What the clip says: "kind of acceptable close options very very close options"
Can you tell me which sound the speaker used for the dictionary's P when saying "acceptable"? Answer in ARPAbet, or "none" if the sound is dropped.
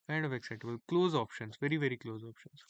none